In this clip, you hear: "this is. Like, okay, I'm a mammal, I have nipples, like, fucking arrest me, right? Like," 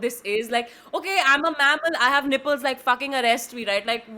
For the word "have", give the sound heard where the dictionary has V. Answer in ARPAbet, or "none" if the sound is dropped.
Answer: V